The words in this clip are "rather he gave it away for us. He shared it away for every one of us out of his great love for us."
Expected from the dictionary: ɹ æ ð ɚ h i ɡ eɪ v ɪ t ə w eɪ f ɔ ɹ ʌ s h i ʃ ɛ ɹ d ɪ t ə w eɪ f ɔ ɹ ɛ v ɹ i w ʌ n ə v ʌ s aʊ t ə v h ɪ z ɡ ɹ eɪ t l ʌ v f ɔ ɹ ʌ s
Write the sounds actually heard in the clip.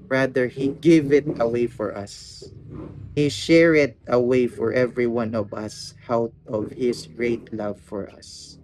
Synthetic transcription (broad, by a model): ɹ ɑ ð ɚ h i ɡ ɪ v ɪ t ə w eɪ f ɔ ɹ ʌ s h i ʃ ɛ ɹ ɪ t ə w eɪ f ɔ ɹ ɛ v ɹ i w ʌ n ə v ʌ s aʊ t ə v h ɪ s ɡ ɹ eɪ t l ʌ v f ɔ ɹ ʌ s